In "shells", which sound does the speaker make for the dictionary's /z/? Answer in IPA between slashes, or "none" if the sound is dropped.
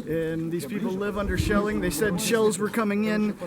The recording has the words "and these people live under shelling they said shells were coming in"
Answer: /z/